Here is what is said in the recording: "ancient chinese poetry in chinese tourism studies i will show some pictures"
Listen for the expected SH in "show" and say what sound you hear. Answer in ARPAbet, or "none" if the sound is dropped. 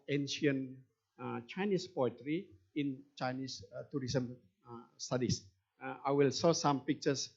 S